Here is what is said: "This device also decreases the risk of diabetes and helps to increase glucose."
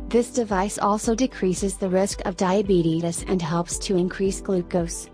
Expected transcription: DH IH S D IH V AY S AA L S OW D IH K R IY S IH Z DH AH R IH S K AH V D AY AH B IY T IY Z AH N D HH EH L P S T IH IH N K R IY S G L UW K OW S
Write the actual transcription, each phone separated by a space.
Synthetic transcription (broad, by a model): DH IH S D IH V AY S AA L S OW D IH K R IY S IH Z DH AH R IH S K AH V D AY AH B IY T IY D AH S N HH EH L P S T IH IH N K R IY S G L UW K OW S